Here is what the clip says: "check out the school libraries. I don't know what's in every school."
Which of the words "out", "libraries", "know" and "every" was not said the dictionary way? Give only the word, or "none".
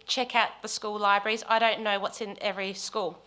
none